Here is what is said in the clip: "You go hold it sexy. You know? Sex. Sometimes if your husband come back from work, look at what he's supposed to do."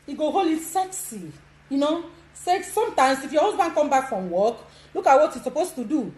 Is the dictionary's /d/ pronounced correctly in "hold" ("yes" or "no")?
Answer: no